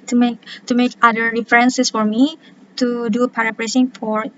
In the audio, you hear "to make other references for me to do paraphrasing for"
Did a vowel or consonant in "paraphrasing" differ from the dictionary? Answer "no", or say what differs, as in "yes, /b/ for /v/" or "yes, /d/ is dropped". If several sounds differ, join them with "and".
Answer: yes, /p/ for /f/ and /s/ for /z/